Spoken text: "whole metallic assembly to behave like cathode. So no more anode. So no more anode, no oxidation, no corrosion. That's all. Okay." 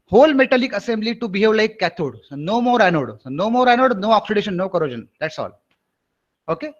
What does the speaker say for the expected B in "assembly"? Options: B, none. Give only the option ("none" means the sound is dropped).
B